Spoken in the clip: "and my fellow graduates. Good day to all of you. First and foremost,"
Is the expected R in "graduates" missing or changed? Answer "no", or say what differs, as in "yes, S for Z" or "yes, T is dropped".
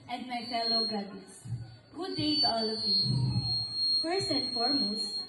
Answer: yes, R is dropped